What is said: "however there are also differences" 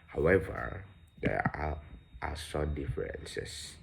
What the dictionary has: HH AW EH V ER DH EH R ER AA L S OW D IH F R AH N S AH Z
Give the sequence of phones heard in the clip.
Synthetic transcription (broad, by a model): HH AW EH V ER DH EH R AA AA S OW D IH F R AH N S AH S